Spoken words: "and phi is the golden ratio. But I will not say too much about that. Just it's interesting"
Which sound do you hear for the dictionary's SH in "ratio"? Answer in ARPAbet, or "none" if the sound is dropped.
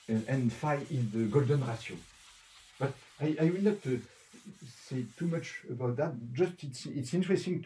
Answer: S